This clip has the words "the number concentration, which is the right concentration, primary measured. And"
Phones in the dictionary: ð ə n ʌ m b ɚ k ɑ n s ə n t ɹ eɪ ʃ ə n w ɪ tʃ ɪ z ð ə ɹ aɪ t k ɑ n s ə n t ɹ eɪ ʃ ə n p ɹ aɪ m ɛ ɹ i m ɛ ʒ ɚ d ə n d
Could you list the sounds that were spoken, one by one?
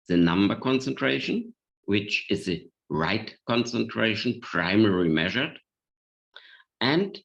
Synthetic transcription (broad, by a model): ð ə n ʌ m b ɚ k ɑ n s ə n t ɹ eɪ ʃ ə n w ɪ tʃ ɪ z ð ə ɹ aɪ t k ɑ n s ə n t ɹ eɪ ʃ ə n p ɹ aɪ m ɛ ɹ i m ɛ ʒ ɚ d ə n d